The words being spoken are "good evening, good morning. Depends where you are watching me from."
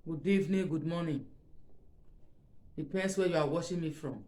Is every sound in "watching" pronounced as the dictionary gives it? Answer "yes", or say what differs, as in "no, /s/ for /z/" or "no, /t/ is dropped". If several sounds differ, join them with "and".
no, /ʃ/ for /tʃ/